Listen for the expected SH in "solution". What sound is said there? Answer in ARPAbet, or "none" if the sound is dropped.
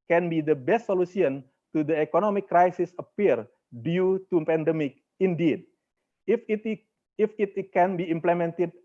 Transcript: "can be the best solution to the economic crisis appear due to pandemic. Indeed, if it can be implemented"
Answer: S